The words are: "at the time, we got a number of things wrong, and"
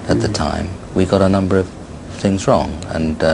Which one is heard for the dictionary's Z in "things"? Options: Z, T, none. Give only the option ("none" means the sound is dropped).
Z